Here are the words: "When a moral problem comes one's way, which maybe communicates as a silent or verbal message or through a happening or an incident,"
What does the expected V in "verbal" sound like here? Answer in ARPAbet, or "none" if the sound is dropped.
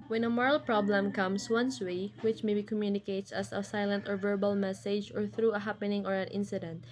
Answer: V